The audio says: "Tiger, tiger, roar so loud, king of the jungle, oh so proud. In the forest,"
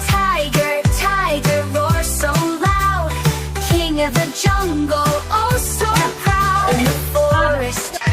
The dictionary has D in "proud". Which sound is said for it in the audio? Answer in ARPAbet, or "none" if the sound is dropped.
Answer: none